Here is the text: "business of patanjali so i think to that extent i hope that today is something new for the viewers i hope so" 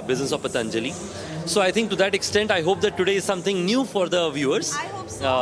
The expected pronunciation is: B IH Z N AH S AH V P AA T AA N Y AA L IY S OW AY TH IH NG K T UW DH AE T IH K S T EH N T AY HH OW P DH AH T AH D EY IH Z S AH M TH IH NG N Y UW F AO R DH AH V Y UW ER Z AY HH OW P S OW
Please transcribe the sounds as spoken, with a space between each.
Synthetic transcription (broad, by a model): B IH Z N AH S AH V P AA T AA N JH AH L IY S OW AY T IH NG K T UW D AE T IH K S T EH N T AY HH OW P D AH T AH D EY IH Z S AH M T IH NG N Y UW F AO R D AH V Y UW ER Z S